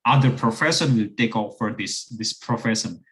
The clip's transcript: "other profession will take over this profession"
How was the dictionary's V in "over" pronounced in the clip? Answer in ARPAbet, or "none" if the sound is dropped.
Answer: F